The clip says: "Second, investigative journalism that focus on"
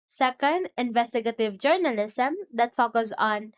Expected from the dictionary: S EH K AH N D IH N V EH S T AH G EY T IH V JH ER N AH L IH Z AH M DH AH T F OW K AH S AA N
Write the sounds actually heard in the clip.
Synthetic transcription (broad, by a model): S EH K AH N D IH N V EH S T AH G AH T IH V JH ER N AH L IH S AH M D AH T F OW K AH S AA N